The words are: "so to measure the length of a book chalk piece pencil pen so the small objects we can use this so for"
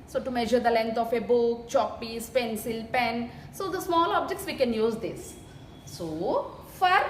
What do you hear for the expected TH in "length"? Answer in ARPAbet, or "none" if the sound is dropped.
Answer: T